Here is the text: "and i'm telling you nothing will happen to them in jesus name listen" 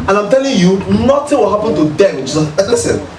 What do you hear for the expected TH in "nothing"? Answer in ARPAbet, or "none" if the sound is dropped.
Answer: T